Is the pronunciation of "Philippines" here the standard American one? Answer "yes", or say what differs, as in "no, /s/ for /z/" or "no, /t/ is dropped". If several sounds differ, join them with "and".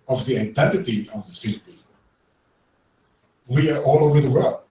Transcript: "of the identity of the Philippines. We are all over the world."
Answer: no, /z/ is dropped